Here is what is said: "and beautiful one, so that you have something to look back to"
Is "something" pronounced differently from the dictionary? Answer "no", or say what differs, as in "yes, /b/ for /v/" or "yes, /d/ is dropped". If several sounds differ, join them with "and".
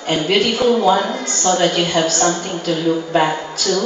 yes, /t/ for /θ/